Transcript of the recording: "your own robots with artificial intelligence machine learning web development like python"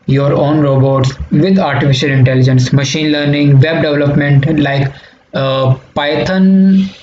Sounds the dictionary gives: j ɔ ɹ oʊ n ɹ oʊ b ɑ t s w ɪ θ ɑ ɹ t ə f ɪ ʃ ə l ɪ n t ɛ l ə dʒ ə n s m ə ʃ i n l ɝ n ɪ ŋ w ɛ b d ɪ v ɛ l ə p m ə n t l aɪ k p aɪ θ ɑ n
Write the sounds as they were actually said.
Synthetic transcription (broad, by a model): j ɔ ɹ oʊ n ɹ oʊ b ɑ t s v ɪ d ɑ ɹ t ə f ɪ ʃ ə l ɪ n t ɛ l ə dʒ ə n s m ə ʃ i n l ɝ n ɪ ŋ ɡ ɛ b d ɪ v l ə p m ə n t l aɪ k p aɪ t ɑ n